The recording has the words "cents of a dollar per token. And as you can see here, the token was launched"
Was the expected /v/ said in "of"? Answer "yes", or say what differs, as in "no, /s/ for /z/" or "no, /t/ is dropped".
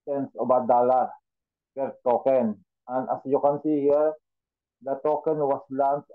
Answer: no, /b/ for /v/